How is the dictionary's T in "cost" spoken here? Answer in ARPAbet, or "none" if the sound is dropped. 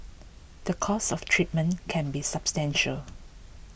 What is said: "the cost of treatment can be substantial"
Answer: none